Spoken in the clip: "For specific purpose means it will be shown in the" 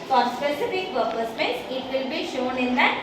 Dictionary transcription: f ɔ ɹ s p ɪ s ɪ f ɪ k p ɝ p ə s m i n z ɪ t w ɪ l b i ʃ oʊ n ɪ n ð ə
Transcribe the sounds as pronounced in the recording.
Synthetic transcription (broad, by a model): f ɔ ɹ s p ɪ s ɪ f ɪ k p ɝ p ə s m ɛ n s ɪ t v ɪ l b i ʃ oʊ n ɪ n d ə